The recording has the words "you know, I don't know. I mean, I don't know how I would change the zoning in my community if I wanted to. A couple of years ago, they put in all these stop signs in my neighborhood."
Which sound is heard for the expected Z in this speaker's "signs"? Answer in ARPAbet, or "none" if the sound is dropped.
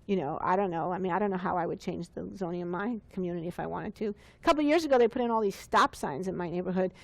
Z